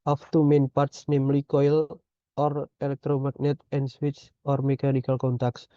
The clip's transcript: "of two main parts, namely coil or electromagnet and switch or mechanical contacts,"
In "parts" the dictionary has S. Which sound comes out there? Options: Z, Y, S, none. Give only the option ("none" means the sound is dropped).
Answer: S